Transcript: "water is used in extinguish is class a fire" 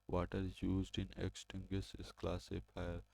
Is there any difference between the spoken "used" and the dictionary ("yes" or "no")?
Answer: no